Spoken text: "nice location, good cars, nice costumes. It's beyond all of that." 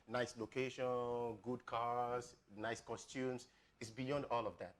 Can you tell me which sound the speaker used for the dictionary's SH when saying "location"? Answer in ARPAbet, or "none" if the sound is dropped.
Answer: SH